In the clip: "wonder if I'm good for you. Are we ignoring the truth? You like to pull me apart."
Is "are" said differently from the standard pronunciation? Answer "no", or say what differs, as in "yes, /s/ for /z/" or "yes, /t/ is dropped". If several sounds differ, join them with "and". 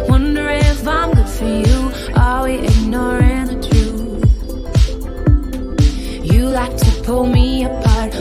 yes, /l/ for /ɹ/